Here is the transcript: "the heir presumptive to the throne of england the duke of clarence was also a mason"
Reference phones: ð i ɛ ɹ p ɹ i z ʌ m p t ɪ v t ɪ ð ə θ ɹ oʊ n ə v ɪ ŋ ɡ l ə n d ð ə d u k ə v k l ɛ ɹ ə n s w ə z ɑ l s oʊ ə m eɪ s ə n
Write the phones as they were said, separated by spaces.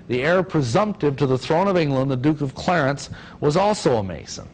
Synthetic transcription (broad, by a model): ð i ɛ ɹ p ɹ i z ʌ m p t ɪ v t ɪ ð ə θ ɹ oʊ n ə v ɪ ŋ ɡ l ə n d ð ə d u k ə v k l ɛ ɹ ə n s w ə z ɑ l s oʊ ə m eɪ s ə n